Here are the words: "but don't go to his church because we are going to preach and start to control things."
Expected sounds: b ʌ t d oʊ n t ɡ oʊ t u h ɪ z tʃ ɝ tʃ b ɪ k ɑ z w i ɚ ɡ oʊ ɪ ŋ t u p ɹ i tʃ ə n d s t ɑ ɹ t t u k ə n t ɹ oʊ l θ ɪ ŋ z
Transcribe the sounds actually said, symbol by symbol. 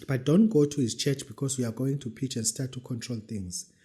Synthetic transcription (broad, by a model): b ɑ t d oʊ n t ɡ oʊ t u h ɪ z tʃ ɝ tʃ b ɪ k ɑ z w i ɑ ɡ oʊ ɪ ŋ t u p i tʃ ə n d s t ɑ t t u k ə n t ɹ oʊ l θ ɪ ŋ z